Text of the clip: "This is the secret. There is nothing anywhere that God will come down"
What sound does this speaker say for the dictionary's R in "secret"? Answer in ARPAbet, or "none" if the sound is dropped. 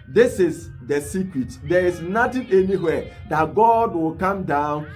W